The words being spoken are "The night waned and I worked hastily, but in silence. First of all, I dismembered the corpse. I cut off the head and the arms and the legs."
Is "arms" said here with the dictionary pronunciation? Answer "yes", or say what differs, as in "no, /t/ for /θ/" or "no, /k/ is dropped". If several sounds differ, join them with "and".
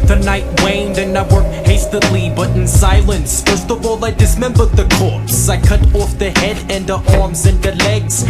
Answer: yes